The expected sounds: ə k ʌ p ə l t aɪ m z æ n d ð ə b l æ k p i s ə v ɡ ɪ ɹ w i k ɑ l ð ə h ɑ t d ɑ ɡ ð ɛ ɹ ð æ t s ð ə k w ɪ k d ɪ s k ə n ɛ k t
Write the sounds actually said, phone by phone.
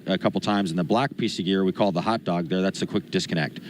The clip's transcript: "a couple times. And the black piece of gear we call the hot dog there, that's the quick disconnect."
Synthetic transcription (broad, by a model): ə k ʌ p l t aɪ m z n ð ə b l æ k p i s ə v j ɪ ɹ w i k ɑ l ð ə h ɑ t d ɑ ɡ ð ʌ ɹ ð æ t s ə k w ɪ k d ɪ s k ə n ɛ k t